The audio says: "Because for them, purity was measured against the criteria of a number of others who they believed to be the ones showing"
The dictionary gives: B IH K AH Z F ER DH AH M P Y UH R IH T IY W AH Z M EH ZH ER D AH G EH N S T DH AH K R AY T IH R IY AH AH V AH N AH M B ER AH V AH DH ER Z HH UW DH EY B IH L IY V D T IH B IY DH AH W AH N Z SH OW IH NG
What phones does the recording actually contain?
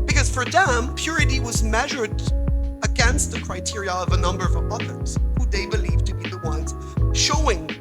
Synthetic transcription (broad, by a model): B IH K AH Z F ER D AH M P Y UH R IH T IY W AH Z M EH ZH ER D AH G EH N S T DH AH K R AY T IH R IY AH AH V AH N AH M B ER AH V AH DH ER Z HH UW DH EY B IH L IY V T IH B IY DH AH W AH N Z SH OW IH NG